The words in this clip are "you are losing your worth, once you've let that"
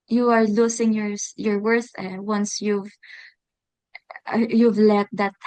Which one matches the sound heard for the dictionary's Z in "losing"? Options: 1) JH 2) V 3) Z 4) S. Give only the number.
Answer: 4